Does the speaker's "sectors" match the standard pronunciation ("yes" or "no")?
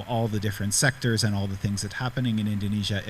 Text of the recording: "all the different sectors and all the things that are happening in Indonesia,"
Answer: yes